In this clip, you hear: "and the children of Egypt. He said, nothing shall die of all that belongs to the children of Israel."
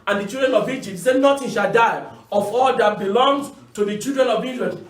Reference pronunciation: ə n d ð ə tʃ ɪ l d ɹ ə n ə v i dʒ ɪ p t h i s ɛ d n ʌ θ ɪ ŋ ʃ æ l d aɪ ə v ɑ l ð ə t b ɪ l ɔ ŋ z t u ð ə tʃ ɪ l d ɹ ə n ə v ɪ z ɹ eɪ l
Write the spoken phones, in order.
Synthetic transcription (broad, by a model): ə n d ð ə tʃ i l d ɹ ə n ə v i dʒ ɪ p t s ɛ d n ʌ t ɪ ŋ ʃ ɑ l d aɪ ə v ɑ l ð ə t b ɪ l ɔ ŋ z t u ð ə tʃ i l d ɹ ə n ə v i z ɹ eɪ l